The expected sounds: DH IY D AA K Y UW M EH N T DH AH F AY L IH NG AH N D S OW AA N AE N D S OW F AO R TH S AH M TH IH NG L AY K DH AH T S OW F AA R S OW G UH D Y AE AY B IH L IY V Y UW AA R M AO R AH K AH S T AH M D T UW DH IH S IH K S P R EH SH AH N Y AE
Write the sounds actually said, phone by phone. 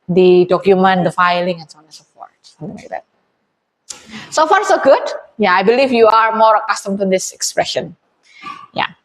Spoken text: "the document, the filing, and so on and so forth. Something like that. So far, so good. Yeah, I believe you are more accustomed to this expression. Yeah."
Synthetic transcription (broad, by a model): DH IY D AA K Y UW M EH N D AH F AY L IH NG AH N S OW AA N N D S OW P AO R T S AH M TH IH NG L AY K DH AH T S OW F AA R S OW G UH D Y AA AY B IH L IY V Y UW AA R M AO R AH K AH S T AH M T UW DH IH S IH K S P R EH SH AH N Y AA